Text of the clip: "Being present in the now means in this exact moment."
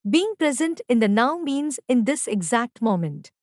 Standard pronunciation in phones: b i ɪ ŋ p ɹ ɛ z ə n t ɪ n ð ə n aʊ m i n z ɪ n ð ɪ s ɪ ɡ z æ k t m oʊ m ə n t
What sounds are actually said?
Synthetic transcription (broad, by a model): b i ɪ ŋ p ɹ ɛ z ə n t ɪ n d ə n aʊ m i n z ɪ n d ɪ s ɪ ɡ z æ k t m oʊ m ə n t